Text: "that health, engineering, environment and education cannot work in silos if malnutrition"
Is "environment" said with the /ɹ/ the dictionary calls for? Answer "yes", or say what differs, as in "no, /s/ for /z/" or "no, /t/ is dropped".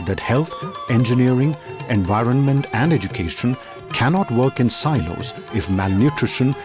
yes